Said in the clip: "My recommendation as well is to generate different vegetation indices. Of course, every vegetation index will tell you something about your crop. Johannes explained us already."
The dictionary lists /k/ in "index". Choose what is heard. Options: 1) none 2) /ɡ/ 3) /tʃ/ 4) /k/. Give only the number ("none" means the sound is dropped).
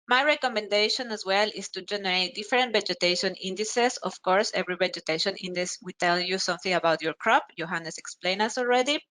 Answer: 1